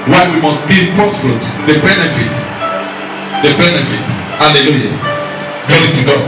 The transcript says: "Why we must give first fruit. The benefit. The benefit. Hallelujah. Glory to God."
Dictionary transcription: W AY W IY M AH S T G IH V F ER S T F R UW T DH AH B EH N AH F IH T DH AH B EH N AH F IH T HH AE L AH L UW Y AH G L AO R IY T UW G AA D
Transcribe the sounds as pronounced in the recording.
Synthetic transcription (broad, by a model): W AY W IY M AH S T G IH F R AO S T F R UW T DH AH B EH N AH F IH T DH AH B EH N AH F IH T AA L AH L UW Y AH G AO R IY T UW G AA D